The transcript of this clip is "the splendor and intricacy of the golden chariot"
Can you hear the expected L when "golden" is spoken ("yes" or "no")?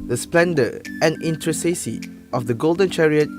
yes